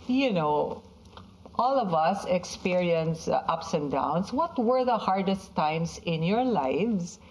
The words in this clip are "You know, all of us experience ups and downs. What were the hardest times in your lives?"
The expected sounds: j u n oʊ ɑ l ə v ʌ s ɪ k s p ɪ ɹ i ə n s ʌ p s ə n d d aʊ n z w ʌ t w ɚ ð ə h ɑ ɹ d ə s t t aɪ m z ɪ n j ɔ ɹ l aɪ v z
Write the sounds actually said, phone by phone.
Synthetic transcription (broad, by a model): j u n oʊ ɑ l ə v ʌ s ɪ k s p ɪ ɹ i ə n s ʌ p s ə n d d aʊ n s w ʌ t w ɚ ð ə h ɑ ɹ d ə s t t aɪ m s ɪ n j ɔ ɹ l aɪ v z